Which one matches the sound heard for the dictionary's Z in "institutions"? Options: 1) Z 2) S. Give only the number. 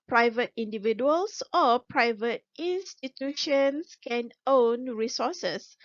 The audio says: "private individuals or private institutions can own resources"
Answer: 2